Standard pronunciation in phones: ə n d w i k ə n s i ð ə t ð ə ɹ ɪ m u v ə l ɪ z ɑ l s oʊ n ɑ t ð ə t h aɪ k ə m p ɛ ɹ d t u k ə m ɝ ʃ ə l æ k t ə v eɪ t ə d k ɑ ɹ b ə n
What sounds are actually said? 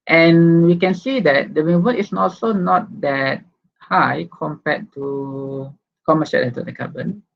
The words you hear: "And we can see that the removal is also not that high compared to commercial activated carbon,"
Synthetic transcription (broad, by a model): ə n w i k ə n s i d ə t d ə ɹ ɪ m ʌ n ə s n ɑ l s oʊ n ɑ t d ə t h aɪ k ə m p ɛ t t u k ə m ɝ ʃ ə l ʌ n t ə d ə k ɑ b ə n